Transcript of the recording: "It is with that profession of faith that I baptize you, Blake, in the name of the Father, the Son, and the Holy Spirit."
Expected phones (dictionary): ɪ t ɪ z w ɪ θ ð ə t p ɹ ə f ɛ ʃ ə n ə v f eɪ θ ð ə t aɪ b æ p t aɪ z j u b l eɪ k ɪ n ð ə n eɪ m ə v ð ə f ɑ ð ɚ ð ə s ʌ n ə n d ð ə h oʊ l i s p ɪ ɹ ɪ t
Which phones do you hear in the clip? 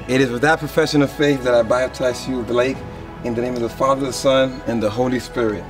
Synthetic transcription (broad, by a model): ɪ t ɪ z w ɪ ð ə t p ɹ ə f ɛ ʃ ə n ə v f eɪ θ ð ə t aɪ b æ b t aɪ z j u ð l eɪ k ɪ n ð ə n eɪ m ə v ð ə f ɑ ð ɚ ð ə s ʌ n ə n ð ə h oʊ l i s p ɪ ɹ ɪ t